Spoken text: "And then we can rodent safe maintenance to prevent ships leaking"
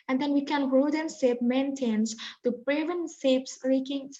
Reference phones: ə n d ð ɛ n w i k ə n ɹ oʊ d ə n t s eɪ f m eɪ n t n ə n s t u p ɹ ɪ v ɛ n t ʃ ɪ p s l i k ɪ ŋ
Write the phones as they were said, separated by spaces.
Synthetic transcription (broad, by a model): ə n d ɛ n w i k ə n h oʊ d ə n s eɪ p m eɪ n t ə n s t u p ɹ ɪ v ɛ n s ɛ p s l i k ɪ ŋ